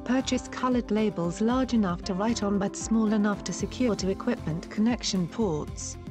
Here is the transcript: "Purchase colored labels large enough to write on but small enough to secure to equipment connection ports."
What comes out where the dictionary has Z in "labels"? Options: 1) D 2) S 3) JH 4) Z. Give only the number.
4